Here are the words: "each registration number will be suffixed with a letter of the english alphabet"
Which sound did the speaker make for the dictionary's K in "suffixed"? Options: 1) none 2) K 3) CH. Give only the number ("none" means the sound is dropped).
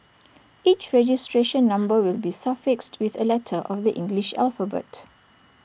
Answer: 2